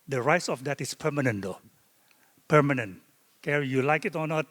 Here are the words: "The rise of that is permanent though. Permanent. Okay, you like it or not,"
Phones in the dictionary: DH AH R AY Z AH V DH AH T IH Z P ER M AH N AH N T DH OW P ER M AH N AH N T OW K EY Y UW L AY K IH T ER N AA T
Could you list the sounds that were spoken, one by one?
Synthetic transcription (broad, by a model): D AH R AY S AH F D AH T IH S P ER M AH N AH N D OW P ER M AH N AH N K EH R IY Y UW L AY K IH T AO N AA T